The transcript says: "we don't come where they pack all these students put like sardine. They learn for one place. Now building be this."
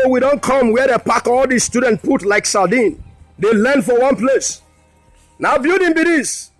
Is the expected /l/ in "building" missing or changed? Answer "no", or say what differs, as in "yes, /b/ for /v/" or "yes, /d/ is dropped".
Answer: yes, /l/ is dropped